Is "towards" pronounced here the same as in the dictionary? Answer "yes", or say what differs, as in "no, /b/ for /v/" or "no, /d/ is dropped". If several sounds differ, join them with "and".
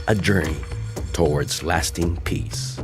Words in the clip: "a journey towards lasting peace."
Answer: yes